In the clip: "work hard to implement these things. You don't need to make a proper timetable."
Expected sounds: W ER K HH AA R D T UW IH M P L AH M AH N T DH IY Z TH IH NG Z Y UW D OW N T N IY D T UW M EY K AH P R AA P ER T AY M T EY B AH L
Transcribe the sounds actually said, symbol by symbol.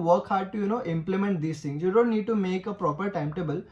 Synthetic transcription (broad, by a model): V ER K HH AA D T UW IH M P L AH M AH N T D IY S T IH NG Y UW D OW N T N IY D T UW M EY K AH P R AA P ER T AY M T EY B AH L